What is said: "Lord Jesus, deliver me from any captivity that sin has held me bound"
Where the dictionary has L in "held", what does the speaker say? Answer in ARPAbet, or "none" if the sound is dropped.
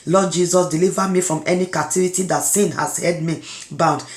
none